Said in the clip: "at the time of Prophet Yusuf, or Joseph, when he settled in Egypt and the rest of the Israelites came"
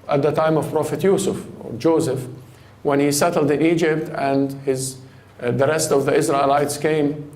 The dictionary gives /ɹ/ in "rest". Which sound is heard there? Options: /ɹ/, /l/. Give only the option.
/ɹ/